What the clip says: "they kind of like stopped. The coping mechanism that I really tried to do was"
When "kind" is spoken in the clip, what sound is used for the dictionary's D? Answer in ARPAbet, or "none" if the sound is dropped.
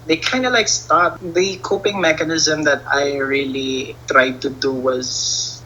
D